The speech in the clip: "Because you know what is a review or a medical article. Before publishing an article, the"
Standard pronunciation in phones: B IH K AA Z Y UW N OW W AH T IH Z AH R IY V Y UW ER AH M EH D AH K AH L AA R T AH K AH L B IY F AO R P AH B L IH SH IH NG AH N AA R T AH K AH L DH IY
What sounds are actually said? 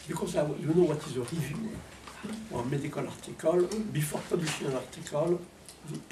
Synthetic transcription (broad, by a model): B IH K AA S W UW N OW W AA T IH Z AH R IY V Y UW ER AH M EH D AH K AH L AA R T AH K AH L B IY F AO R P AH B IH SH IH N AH L AA R T AH K AH L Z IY